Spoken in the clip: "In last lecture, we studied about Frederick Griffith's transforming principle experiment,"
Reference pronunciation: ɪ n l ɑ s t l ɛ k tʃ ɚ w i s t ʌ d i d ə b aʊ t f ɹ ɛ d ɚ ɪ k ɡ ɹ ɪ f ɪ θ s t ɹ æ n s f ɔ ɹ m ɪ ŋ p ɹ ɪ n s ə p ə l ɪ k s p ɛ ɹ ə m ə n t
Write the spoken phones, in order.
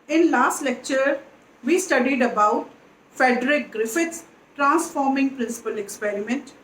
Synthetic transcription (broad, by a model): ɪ n l ɑ s t l ɛ k tʃ ɚ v i s t ʌ d i d ə b aʊ t f ɛ d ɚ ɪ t ɡ ɹ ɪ f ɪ t s t ɹ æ n s f ɔ ɹ m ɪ ŋ p ɹ ɪ n s ə p ə l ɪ k s p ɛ ɹ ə m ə n t